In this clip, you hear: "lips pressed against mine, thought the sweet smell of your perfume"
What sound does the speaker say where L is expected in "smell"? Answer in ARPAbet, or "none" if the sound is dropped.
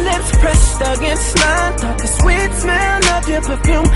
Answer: N